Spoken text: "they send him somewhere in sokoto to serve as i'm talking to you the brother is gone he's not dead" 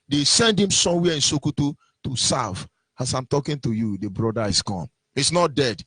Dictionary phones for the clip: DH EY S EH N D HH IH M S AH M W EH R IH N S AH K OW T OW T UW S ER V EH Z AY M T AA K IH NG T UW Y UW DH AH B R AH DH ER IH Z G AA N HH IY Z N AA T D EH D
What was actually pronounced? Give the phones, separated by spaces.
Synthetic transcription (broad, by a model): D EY S EH N D HH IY M S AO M W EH IH N S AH K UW T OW T UW S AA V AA S AY M T AA K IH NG T UW Y UW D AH B R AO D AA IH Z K AA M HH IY S N AA T D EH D